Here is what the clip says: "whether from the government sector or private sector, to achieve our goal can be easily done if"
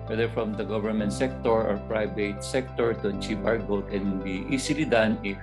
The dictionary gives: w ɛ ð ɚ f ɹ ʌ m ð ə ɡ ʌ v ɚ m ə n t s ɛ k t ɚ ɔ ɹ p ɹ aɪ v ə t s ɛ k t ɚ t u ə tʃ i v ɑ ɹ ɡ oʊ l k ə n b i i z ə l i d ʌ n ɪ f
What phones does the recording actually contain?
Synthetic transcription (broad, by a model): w ɛ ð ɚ f ɹ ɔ m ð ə ɡ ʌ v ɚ m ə n t s ɛ k t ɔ ɔ ɹ p ɹ aɪ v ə t s ɛ k t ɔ t u ə tʃ i v ɑ ɹ ɡ oʊ l k ə n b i i s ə l i d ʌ n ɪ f